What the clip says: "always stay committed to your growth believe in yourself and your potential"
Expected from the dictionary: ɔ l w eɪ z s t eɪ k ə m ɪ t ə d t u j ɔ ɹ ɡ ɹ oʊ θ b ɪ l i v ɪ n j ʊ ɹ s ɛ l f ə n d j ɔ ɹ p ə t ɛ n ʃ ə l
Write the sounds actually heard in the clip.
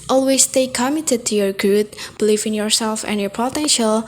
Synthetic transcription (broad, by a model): ɔ l w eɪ s t eɪ k ə m ɪ t ə d t u j ɔ ɹ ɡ u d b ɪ l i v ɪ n j ʊ ɹ s ɛ l f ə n j ɔ ɹ p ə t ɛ n ʃ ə l